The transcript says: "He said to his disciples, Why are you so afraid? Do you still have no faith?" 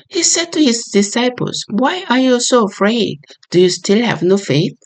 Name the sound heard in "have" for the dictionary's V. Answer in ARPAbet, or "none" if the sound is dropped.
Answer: V